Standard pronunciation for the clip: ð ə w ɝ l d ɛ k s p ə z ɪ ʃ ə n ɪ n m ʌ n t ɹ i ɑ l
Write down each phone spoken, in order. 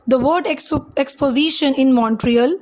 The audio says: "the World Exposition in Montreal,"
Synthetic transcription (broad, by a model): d ə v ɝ d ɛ k s p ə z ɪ ʃ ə n ɪ n m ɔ n t ɹ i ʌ l